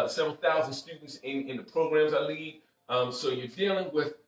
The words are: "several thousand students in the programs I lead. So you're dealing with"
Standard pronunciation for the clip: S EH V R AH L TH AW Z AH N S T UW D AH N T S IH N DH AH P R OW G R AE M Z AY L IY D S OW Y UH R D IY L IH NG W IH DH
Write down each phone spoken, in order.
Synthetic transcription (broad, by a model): S EH V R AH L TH AW Z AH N S T UW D N T S IH N DH AH P R OW G R AE M Z AY L IY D S OW Y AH R D IY L IH NG W IH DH